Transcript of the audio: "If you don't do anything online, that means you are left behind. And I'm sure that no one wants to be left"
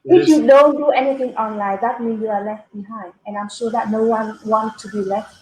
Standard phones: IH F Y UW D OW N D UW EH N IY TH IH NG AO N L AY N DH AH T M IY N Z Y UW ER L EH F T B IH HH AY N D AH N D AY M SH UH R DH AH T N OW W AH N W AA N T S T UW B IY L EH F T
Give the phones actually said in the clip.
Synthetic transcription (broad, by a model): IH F Y UW D OW N D UW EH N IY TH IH NG AO N L AY N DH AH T M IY N Y UW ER L EH F T B IH HH AY N D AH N AY M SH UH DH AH T N OW W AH N W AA N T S T UW B IY L EH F T